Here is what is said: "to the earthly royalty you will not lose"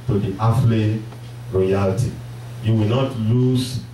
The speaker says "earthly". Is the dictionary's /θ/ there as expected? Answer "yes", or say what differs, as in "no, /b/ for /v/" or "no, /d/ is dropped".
no, /f/ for /θ/